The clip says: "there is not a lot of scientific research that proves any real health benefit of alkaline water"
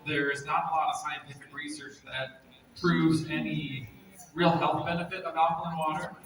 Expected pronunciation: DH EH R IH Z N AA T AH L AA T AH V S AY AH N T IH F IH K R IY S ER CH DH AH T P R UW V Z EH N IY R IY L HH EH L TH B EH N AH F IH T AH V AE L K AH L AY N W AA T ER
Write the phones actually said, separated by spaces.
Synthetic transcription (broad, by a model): DH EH R IH Z N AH T AH L AA T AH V S AY AH N T IH F IH K R IY S ER CH DH AH T P R UW V Z EH N IY R IY L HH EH L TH B EH N AH F IH T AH B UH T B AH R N W AA T ER